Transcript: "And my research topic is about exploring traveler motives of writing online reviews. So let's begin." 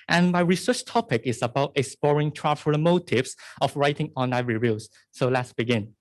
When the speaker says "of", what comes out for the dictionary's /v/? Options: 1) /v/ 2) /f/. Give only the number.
2